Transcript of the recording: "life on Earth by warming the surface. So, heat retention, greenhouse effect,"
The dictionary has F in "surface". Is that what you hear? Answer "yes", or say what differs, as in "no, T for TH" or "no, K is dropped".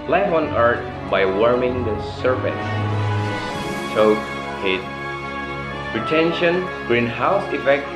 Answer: no, P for F